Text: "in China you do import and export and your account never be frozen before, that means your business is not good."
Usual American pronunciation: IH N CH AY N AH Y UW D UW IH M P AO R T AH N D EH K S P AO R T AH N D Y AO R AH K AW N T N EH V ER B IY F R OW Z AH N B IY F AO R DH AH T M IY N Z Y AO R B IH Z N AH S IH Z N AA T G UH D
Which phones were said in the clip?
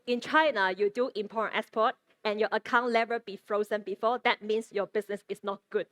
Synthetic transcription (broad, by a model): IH N CH AY N AH Y UW D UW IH M P AO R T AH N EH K S P AO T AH N Y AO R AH K AW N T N EH V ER B IY F R OW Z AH N B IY F AO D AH T M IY N S Y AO B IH S N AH S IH S N AA T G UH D